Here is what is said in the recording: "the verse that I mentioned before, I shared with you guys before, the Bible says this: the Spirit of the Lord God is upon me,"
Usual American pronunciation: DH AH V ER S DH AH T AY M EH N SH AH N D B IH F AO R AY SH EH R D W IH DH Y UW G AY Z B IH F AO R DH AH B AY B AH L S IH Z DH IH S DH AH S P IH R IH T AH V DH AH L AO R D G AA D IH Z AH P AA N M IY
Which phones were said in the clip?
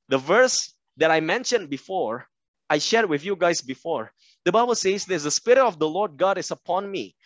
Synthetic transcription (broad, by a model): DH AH V ER S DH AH T AY M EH N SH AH N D B IH F AO R AY SH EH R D W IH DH Y UW G AY S B IH F AO R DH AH B AY B AH L S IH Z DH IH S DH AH S P IH R IH T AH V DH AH L AO R D G AA D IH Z AH P AA N M IY